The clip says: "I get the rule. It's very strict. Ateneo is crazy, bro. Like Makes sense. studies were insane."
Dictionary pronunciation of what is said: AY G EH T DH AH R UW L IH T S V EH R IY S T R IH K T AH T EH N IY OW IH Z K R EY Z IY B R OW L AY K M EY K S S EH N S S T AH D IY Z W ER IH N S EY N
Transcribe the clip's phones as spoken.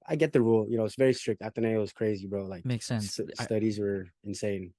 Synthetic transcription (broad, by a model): AY G EH T DH AH R UW L IH T S V EH R IY S T R IH K T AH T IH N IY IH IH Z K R EY Z IY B R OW L AY K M EY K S S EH N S S T AH D IY Z W ER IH N S EY N